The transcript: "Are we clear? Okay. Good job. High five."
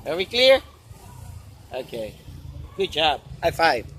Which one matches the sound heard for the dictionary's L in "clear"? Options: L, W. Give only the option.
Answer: L